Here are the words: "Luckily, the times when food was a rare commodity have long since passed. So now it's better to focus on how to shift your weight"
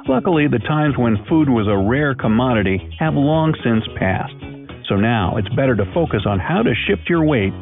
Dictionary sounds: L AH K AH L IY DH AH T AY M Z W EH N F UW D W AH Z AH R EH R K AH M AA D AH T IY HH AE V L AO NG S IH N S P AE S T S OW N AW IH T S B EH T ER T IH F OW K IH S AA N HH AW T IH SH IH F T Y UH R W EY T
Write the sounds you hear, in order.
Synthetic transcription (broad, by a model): L AH K L IY DH AH T AY M Z W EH N F UW D W AH Z AH R EH R K AH M AA D AH T IY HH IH V L AO NG S IH N S P AE S T S OW N AW IH T S B EH T ER T IH F OW K IH S N HH AW T IH SH IH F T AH R W EY T